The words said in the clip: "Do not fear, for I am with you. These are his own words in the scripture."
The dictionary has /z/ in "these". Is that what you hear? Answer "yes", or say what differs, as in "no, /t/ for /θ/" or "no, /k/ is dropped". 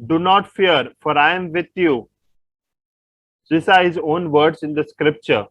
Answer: no, /s/ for /z/